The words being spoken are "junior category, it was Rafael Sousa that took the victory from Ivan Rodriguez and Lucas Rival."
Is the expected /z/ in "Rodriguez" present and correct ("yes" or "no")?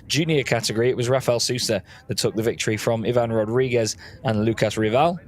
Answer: yes